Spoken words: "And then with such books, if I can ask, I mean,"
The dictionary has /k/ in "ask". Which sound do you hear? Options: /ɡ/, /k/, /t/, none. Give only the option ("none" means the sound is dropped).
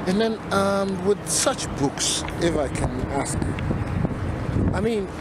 /k/